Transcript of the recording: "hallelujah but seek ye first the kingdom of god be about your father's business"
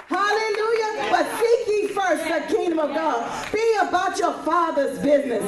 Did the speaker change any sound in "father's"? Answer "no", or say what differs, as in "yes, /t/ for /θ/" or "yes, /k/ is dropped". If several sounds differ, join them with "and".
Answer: no